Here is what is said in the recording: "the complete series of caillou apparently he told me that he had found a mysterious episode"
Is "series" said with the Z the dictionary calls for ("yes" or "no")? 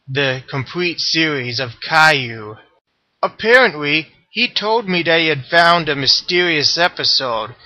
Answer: yes